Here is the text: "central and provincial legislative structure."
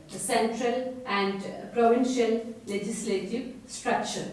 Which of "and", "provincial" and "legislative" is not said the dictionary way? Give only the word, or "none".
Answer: none